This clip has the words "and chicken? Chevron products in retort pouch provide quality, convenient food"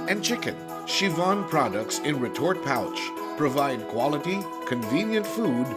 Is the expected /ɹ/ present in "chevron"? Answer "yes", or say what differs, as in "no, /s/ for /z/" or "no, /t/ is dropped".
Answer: no, /ɹ/ is dropped